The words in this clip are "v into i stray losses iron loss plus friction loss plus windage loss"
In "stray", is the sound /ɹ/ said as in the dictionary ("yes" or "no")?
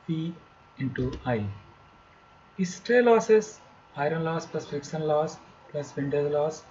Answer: yes